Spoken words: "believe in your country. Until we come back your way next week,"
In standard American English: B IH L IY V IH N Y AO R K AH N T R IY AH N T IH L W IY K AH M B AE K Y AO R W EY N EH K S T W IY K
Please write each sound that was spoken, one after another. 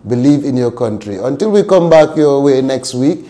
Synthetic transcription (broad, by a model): B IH L IY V IH N Y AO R K AH N T R IY AH N T IH L W IY K AH M B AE K Y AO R W EY N EH K S T W IY K